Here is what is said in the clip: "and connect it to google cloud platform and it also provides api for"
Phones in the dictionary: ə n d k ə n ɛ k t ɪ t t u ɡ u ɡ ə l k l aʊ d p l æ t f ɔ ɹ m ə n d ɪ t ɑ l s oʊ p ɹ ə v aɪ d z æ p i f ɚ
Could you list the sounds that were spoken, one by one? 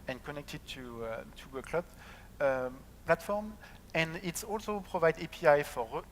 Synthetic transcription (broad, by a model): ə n k ə n ɛ k t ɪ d t u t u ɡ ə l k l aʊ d p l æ t f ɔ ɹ m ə n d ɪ t ɑ l s oʊ p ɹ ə v aɪ d ɛ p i f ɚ